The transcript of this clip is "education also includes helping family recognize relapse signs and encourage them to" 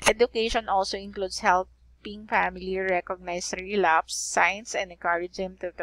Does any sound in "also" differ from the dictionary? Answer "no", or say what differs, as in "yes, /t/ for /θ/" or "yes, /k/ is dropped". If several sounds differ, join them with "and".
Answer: no